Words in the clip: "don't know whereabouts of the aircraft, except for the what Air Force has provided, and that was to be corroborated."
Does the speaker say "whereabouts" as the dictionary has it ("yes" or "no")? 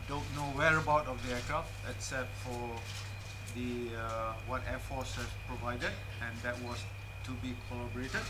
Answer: no